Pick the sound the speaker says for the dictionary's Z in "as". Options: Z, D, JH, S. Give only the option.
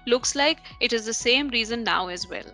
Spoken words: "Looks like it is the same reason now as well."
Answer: Z